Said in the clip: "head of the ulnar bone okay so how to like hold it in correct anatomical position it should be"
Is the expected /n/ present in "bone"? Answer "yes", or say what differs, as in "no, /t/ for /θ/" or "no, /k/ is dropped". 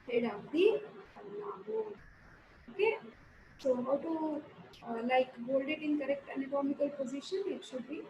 no, /n/ is dropped